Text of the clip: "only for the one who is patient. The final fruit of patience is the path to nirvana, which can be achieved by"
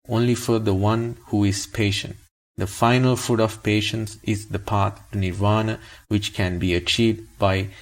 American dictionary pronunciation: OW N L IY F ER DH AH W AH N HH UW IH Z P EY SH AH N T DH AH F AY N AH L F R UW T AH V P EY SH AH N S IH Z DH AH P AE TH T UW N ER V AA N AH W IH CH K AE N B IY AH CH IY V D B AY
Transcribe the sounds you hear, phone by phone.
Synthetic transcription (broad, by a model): OW N L IY F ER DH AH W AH N HH UW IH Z P EY SH AH N T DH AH F AY N AH L F UW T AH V P EY SH AH N S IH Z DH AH P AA T T UW N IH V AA N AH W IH CH K AE N B IY AH CH IY V D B AY